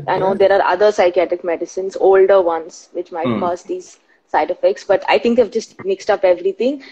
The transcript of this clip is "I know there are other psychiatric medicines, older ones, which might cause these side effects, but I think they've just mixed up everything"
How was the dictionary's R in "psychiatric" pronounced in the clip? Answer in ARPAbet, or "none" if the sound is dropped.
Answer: R